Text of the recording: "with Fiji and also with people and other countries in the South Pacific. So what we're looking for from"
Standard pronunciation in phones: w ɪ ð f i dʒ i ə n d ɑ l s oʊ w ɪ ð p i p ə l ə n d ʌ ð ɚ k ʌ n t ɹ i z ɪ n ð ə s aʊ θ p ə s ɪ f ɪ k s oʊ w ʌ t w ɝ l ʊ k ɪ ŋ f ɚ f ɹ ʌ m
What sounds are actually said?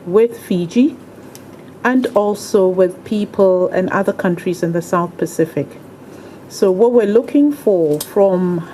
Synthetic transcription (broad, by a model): w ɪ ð f i dʒ i ə n d ɑ l s oʊ w ɪ ð p i p ə l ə n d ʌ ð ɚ k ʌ n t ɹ i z ɪ n ð ə s aʊ θ p ə s ɪ f ɪ k s oʊ w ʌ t w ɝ l ʊ k ɪ ŋ f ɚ f ɹ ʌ m